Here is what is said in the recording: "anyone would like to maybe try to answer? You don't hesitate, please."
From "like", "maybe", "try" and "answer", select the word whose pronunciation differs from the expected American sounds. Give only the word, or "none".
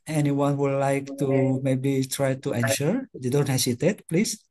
answer